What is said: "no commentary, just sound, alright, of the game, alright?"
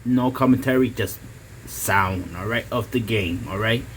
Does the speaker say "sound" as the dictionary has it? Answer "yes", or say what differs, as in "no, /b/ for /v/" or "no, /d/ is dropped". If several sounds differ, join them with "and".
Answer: yes